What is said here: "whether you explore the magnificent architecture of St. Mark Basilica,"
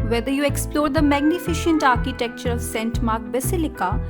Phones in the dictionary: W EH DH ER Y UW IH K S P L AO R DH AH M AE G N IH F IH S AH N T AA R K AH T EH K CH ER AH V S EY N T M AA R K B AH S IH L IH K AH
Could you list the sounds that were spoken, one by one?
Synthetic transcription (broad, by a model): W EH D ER Y UW IH K S P L AO R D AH M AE G N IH F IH SH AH N T AA R K AH T EH K CH ER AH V S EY N T M AA R K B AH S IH L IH K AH